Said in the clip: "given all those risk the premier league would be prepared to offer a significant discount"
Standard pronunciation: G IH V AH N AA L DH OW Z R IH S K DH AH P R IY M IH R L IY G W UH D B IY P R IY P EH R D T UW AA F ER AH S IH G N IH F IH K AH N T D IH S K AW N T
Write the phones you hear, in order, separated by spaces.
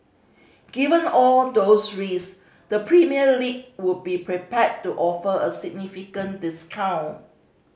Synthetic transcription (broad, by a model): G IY V AH N AA L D OW S R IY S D AH P R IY M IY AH L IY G W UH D B IY P R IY P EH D T UW AA F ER AH S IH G N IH F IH K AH N D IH S K AW N